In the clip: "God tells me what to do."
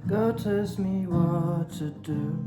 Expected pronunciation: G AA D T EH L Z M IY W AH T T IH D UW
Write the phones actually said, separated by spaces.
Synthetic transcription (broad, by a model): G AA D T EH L S M IY W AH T T IH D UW